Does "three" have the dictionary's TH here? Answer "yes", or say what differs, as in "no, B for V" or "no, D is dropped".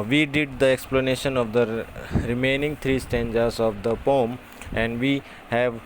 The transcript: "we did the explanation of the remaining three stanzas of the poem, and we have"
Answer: no, T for TH